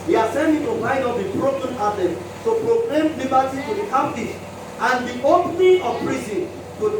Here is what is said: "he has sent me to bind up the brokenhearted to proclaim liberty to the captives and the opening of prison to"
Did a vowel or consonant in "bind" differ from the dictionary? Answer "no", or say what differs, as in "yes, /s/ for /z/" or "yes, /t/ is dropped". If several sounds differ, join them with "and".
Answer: yes, /n/ is dropped